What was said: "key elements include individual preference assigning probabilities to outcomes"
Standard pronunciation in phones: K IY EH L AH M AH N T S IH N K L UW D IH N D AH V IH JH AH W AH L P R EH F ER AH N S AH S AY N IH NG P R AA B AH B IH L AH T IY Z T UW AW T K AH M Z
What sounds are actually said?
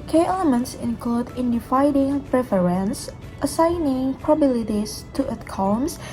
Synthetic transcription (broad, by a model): K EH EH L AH M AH N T S IH N K L UW D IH N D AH F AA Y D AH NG P R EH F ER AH N S AH S AY N IH NG P R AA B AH B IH L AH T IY S T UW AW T K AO M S